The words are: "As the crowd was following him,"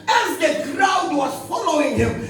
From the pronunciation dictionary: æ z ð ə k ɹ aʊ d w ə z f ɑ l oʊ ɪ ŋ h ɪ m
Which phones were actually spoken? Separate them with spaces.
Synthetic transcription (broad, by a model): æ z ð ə k ɹ aʊ d w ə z f ɑ l oʊ ɪ ŋ h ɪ m